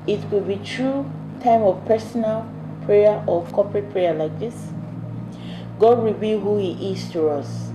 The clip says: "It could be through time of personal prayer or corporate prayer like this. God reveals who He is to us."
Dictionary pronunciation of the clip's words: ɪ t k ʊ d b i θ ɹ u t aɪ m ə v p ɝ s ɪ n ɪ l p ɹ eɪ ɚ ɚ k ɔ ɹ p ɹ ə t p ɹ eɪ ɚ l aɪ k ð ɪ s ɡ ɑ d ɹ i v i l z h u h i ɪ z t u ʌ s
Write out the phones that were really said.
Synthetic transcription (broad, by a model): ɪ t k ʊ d b i t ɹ u t aɪ m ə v p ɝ s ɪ n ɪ l p ɹ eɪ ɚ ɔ k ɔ p ɹ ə t p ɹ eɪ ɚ l aɪ k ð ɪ s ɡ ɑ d ɹ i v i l h u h i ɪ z t u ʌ s